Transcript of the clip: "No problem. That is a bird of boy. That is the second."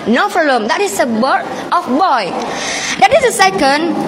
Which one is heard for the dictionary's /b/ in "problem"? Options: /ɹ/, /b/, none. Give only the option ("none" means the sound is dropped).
none